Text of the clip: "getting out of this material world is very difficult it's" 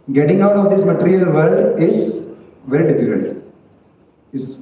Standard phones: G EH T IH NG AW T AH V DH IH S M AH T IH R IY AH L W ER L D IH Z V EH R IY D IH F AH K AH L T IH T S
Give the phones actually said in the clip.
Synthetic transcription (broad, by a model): G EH T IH NG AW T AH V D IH S M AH T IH R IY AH L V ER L D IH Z V EH R IY D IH F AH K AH N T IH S